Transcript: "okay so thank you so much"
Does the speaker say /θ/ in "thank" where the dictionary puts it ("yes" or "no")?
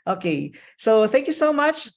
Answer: yes